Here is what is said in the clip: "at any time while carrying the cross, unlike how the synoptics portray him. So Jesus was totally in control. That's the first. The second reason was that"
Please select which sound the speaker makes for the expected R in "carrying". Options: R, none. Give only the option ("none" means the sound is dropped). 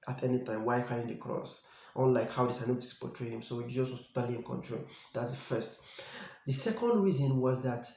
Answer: none